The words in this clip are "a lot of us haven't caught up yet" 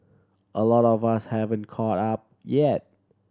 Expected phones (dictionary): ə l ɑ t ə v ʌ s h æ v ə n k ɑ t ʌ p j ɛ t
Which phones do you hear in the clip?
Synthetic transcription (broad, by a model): ə l ɑ t ə v ʌ s h æ v ə n k ɑ t ʌ p j ɛ t